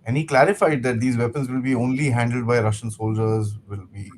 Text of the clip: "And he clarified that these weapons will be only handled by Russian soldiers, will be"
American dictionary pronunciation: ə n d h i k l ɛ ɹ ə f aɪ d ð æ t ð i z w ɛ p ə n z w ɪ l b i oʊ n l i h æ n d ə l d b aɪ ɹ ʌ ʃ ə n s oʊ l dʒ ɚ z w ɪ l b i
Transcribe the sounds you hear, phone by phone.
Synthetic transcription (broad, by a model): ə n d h i k l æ ɹ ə f aɪ d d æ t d i z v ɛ p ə n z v ɪ l b i oʊ n l i h æ n d ə l d b aɪ ɹ ʌ ʃ ə n s oʊ l dʒ ɚ z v ɪ l b i